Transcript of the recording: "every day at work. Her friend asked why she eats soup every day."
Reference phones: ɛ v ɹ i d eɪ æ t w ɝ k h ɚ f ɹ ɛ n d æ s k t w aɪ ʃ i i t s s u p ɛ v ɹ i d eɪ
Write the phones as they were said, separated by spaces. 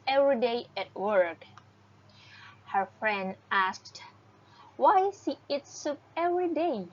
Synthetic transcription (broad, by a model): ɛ v ɹ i d eɪ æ t w ɝ k h ɚ f ɹ ɛ n d æ s k t w aɪ s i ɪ t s s u p ɛ v ɹ i d eɪ